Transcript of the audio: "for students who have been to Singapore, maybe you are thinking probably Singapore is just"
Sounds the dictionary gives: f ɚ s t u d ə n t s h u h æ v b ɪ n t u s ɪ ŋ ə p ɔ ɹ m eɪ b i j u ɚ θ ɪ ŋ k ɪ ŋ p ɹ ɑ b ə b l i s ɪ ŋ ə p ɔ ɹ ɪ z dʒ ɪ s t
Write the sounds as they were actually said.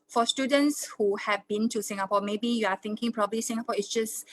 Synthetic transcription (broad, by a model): f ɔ s t u d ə n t s h u h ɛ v b ɪ n t u s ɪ ŋ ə p ɔ m eɪ b i j u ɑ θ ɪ ŋ k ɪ ŋ p ɹ ɑ b ə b l i s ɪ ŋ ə p ɔ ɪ s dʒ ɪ s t